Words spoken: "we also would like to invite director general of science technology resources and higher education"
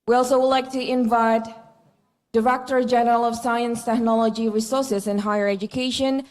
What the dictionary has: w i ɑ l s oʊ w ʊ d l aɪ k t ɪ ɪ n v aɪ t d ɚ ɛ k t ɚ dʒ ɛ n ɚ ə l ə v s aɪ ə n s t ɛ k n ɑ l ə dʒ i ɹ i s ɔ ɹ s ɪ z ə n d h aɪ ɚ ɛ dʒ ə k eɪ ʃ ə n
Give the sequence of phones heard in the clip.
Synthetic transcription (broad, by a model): w i ɑ l s oʊ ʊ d l aɪ k t ɪ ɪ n v aɪ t d ɚ ɛ k t ɚ dʒ ɛ n ɚ ə l ə v s aɪ ə n s t ɛ k n ɑ l ə dʒ i ɹ i s ɔ ɹ s ɪ z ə n h aɪ ɚ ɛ dʒ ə k eɪ ʃ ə n